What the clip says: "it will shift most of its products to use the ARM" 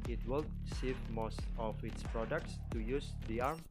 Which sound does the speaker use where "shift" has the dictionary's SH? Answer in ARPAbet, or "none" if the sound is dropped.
S